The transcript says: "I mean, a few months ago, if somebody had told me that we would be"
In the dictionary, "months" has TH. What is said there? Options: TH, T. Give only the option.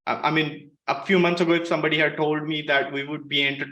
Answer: T